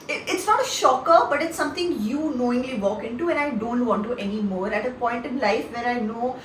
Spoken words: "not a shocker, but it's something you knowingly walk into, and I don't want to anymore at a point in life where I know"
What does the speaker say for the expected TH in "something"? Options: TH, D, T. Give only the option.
T